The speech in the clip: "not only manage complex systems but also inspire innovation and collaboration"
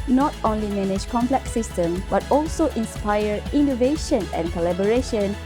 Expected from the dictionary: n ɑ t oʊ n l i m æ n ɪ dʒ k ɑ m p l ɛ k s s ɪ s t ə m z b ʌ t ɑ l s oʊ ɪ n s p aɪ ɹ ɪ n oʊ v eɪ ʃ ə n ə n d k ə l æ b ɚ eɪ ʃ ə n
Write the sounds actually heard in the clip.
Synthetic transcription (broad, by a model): n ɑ t oʊ n l i m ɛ n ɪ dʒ k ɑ m p l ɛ k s s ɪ s t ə m b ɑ t ɑ l s oʊ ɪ n s p aɪ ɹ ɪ n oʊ v eɪ ʃ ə n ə n k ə l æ b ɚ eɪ ʃ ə n